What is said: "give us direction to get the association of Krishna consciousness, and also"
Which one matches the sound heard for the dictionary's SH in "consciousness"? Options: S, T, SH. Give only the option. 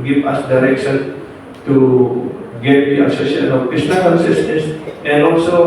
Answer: S